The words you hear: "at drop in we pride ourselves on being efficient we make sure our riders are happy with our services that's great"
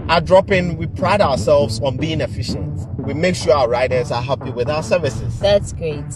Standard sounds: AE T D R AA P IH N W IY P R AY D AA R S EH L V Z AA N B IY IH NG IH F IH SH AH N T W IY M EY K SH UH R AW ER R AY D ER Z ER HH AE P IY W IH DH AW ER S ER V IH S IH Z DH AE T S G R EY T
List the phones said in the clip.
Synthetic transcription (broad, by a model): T D R AA P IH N W IY P R AY D AA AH S EH L V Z AA N B IY IH NG IH F IH SH AH N T W IY M EY K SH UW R AW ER R AY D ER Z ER HH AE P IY W IH DH AW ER S ER V IH S IH Z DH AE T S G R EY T